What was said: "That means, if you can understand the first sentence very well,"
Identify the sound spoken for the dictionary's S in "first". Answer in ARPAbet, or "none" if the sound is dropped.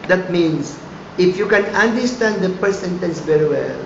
none